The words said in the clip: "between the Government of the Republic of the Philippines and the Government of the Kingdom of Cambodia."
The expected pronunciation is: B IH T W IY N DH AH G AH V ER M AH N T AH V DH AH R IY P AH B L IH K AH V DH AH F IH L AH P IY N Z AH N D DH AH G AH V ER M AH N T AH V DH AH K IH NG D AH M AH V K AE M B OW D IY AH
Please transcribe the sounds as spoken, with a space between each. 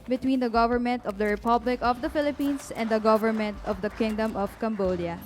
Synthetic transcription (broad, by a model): B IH T W IY N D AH G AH V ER M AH N T AH V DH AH R IY P AH B L IH K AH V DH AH F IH L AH P IY N S AH N D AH G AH V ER M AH N T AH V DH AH K IH NG D AH M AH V K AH M B OW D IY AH